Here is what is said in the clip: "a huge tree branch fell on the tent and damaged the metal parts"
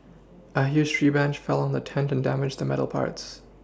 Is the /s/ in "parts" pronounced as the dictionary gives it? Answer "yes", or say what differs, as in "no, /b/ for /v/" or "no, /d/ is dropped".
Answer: yes